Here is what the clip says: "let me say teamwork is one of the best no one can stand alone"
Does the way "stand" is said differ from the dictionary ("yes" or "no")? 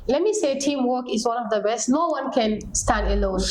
no